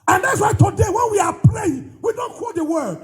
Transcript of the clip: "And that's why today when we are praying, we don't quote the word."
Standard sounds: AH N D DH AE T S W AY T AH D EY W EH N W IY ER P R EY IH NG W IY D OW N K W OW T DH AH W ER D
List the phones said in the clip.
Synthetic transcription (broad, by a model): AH N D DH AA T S W AY T AH D EY W EH N W IY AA P L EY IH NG W IY D OW N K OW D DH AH W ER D